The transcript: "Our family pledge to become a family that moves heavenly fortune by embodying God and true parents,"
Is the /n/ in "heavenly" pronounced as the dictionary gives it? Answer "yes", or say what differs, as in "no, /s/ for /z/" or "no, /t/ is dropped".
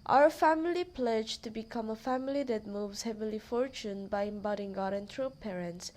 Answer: no, /n/ is dropped